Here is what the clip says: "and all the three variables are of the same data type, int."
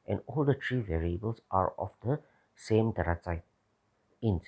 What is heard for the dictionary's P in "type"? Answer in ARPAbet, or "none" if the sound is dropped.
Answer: none